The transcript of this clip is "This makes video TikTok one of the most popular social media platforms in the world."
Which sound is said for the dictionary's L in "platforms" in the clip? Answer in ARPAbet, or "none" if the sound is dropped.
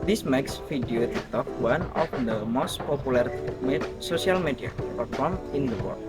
none